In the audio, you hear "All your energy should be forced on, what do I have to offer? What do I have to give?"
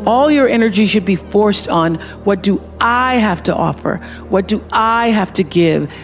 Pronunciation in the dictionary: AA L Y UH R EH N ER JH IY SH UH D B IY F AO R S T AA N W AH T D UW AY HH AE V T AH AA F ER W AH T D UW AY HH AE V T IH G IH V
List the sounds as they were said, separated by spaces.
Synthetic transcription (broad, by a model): AA L Y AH R EH N ER JH IY SH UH D B IY F AO R S T N W AH T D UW AY HH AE F T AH AA F ER W AH T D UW AY HH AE F T IH G IH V